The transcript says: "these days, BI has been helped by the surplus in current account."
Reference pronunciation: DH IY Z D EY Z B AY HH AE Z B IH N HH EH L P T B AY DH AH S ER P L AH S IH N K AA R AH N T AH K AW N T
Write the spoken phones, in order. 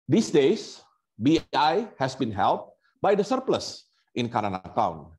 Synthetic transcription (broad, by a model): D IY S D EY S B AY HH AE S B IH N HH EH L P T B AY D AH S ER P L AH S IH N K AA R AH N AH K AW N